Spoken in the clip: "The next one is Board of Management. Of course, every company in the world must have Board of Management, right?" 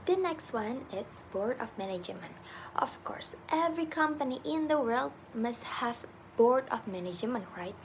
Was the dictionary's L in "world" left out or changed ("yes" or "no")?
no